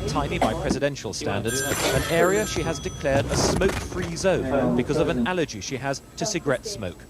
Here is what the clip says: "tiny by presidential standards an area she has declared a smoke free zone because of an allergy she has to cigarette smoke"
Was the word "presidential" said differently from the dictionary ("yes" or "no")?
no